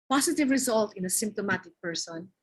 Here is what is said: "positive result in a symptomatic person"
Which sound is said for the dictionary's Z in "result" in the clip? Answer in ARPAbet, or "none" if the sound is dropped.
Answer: Z